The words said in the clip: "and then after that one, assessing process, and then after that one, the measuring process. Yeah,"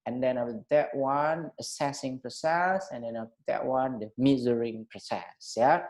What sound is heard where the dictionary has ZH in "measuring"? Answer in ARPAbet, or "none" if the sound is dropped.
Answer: Z